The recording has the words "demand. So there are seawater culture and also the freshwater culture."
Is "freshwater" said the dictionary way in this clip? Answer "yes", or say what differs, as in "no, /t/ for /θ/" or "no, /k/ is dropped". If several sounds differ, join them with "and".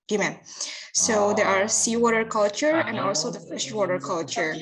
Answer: no, /ɹ/ is dropped